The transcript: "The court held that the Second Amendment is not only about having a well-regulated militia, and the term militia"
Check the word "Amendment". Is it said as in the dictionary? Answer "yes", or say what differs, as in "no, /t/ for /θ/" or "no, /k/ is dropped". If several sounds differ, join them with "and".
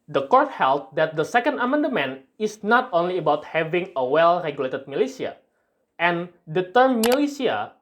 no, /t/ is dropped